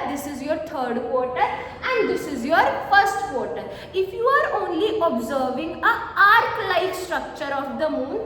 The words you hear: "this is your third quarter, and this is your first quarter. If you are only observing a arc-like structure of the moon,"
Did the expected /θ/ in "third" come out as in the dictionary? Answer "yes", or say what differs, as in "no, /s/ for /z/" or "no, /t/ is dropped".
no, /t/ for /θ/